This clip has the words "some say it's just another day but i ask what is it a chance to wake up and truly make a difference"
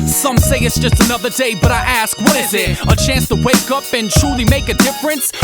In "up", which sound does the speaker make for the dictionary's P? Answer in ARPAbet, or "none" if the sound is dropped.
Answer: P